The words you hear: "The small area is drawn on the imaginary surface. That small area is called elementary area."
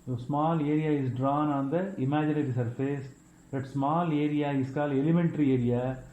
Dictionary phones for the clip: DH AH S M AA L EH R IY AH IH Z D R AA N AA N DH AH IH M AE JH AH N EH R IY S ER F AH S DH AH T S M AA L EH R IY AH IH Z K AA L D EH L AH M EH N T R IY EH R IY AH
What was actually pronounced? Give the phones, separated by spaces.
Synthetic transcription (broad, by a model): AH S M AA L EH R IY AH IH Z D R AA N AA N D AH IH M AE JH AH N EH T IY S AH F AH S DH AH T S M AA L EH R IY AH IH S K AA L EH L AH M EH N T R IY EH R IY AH